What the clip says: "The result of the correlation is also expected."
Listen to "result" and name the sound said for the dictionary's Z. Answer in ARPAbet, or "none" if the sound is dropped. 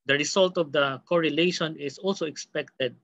S